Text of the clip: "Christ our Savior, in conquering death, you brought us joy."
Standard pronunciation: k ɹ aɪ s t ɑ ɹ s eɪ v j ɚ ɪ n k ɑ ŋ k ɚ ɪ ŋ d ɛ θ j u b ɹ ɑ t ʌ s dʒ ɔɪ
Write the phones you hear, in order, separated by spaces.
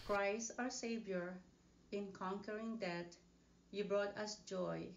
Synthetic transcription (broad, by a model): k ɹ aɪ s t ɑ ɹ s eɪ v j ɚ ɪ n k ɑ ŋ k ɚ ɪ ŋ d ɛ t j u b ɹ ɑ t ʌ s dʒ ɔɪ